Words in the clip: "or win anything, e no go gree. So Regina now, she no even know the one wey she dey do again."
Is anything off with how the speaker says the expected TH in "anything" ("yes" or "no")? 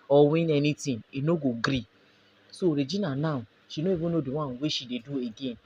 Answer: yes